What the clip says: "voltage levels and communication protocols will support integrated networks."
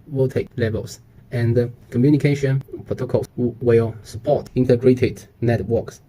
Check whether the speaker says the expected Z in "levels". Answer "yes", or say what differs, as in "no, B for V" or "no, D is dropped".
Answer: no, S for Z